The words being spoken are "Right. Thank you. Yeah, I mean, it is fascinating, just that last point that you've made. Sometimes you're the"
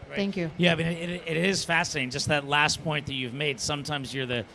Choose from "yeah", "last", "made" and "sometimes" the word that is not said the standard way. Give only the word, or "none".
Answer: none